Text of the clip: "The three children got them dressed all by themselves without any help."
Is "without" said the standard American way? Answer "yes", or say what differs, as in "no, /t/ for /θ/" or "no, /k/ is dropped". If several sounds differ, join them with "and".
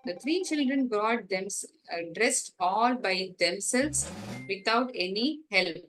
no, /t/ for /θ/